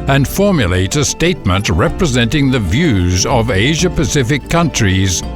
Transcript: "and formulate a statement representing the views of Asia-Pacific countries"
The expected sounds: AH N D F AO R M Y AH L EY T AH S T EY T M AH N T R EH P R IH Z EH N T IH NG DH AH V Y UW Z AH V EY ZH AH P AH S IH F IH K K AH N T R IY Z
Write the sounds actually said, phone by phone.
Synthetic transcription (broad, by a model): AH N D F AO R M Y AH L EY T AH S T EY T M AH N T R EH P R IH Z EH N T IH NG DH AH V Y UW Z AH V EY ZH AH P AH S IH F IH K K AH N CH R IY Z